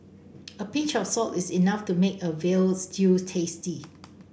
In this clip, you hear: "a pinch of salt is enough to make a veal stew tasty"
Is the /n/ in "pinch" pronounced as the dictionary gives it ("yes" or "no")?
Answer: no